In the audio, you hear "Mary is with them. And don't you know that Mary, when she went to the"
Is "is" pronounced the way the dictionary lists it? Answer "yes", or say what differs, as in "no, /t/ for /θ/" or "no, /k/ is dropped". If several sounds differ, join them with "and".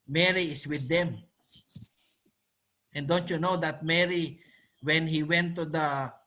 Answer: no, /s/ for /z/